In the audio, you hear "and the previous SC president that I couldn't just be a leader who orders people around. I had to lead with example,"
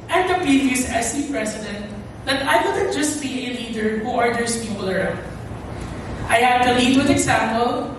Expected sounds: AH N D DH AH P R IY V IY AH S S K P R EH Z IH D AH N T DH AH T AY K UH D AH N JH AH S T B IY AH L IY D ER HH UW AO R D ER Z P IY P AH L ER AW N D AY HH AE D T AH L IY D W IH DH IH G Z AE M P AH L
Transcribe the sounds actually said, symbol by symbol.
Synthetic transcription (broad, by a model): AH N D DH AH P R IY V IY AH S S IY P R EH S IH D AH N T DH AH T AY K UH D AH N JH AH S T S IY AH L IY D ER HH UW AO R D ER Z P IY P AH L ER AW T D AY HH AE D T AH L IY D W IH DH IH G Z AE M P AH L